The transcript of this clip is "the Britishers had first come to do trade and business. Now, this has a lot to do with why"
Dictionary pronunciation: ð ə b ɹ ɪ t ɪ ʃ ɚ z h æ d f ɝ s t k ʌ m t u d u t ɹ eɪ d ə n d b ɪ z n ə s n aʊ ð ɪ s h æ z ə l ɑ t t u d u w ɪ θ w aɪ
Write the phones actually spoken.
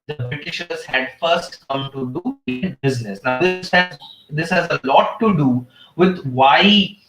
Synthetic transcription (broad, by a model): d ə b ɹ ɪ t ɪ ʃ ɚ z h æ d f ɝ s t k ʌ m t u d u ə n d b ɪ z n ə s n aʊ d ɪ s h æ z ə l ɑ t t u d u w ɪ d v aɪ